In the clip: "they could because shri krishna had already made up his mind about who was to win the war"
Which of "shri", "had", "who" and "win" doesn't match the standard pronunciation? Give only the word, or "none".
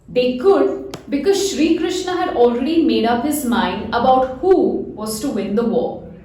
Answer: none